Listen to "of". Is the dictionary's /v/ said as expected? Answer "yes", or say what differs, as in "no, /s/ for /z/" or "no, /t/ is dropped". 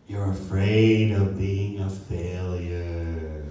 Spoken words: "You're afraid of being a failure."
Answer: yes